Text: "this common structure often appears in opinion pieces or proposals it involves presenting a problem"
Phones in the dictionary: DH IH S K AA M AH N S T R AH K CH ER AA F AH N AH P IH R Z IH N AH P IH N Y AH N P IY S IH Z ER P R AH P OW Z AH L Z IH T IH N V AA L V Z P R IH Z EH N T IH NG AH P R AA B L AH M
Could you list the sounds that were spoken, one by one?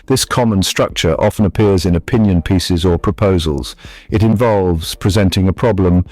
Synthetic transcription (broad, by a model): DH IH S K AA M AH N S T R AH K CH ER AA F AH N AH P IH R Z IH N AH P IH N Y AH N P IY S IH Z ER P R AH P OW Z AH L Z IH T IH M V AA L V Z P R IH Z EH N T IH NG AH P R AA B L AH M